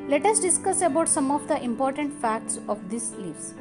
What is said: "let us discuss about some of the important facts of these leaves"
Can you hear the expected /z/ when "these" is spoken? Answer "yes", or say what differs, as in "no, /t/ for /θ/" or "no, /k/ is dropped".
no, /s/ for /z/